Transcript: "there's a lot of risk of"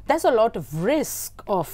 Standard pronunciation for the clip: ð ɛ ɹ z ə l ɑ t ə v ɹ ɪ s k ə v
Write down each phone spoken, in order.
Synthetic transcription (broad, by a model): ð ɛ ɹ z ə l ɑ t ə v ɹ ɪ s k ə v